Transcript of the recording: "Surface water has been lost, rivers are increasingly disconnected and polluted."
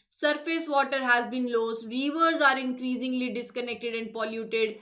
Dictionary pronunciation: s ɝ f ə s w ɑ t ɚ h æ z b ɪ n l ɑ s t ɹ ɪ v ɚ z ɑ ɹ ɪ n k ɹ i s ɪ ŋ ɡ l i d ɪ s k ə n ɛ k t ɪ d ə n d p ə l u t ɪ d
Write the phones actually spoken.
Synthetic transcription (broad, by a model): s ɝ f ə s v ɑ t ɚ h æ z b ɪ n l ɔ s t ɹ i v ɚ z ɑ ɹ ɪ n k ɹ i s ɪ ŋ ɡ l i d ɪ s k ə n ɛ k t ɪ d ə n d p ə l u t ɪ d